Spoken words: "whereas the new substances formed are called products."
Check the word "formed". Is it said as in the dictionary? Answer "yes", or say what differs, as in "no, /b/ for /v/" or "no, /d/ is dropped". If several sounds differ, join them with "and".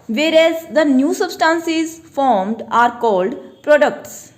yes